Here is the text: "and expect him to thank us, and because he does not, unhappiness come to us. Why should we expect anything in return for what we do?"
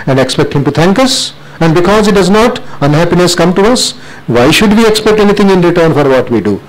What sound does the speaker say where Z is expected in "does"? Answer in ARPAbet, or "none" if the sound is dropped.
Z